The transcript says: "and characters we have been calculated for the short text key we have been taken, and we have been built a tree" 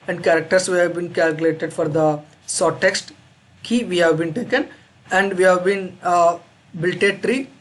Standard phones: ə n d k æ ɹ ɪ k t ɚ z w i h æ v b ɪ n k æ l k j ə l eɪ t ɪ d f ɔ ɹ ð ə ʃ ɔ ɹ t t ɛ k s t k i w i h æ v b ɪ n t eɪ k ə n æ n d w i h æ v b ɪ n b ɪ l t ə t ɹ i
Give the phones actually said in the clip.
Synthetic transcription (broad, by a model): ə n d k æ ɹ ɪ k t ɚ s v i h æ v b ɪ n k æ l k j ə l eɪ t ɪ d f ɔ ɹ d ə s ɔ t t ɛ k s t k i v i h æ v b ɪ n t eɪ k ə n æ n d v i h æ v b ɪ n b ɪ l t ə t ɹ i